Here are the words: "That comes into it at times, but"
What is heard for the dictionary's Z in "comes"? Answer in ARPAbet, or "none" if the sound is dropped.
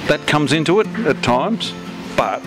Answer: Z